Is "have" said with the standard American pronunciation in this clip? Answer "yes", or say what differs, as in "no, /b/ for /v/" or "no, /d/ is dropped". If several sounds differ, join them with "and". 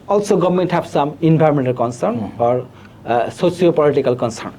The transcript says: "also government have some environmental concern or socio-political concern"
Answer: no, /p/ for /v/